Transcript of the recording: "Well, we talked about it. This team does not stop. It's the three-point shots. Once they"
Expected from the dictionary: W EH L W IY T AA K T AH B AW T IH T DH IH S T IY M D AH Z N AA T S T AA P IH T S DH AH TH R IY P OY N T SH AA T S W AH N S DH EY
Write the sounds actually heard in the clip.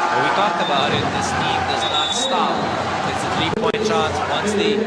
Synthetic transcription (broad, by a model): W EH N W IY T AA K AH B AW T IH T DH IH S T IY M D AH Z N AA T S T AA P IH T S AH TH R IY P OY N T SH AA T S W AH N S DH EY